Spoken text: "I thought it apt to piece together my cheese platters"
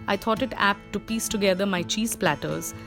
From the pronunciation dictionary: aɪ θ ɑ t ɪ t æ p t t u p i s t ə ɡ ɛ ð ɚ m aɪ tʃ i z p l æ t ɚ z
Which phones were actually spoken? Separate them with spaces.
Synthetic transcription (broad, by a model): aɪ t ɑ t ɪ t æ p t t u p i s t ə ɡ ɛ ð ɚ m aɪ tʃ i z p l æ t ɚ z